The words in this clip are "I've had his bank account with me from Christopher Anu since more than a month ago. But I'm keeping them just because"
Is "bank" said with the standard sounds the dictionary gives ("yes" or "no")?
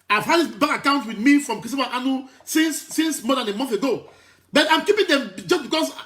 no